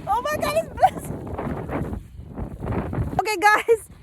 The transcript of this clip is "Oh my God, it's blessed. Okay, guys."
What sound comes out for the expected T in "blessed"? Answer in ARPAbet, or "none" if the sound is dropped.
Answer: none